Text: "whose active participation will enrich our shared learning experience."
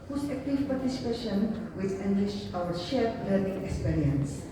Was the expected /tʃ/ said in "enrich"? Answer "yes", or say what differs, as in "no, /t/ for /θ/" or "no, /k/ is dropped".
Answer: no, /ʃ/ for /tʃ/